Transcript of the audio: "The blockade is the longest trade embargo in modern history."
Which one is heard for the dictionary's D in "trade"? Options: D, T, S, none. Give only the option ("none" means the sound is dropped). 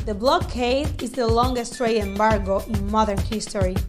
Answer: none